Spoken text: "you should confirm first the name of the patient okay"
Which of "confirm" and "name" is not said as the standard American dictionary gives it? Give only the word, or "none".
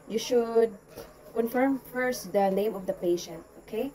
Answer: none